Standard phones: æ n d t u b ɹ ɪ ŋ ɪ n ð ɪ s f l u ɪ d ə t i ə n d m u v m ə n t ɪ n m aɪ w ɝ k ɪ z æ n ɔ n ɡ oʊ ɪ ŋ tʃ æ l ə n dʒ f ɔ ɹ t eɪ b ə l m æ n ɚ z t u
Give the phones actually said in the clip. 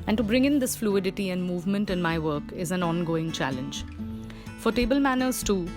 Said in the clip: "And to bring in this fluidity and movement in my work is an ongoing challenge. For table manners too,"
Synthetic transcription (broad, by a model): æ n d t u b ɹ ɪ ŋ ɪ n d ɪ s f l u ɪ d ə t i ə n d m u v m ə n t ɪ n m aɪ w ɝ k ɪ z æ n ɔ n ɡ oʊ ɪ ŋ tʃ æ l ə n dʒ f ɔ ɹ t eɪ b ə l m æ n ɚ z t u